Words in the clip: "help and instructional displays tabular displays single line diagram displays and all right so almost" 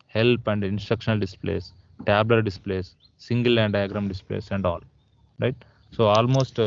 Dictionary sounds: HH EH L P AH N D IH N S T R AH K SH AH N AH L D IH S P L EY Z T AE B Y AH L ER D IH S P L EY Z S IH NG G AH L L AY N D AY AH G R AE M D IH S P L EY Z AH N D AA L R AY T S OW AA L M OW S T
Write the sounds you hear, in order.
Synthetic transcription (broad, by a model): HH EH L P AH N D IH N S T R AH K SH AH N AH L D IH S P L EY S T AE B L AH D D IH S P L EY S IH NG G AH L L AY N D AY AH G R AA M D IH S P L EY S AH N D AA L R AY T S OW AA L M OW S T